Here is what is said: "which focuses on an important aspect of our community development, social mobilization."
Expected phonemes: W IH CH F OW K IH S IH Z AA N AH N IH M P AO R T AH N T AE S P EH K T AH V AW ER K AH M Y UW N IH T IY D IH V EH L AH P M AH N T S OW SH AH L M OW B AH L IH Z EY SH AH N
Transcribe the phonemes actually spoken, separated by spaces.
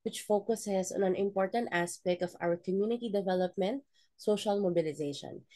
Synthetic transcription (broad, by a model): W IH CH F OW K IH S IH S AA N AH N IH M P AO R T AH N T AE S P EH K T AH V AW ER K AH M Y UW N IH T IY D IH V EH L AH P M AH N T S OW SH AH L M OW B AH L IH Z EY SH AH N